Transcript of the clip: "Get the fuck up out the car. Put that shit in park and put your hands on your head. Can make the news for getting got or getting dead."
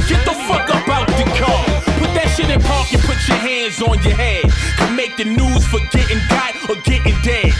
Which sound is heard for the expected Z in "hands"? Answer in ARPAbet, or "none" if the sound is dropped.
Z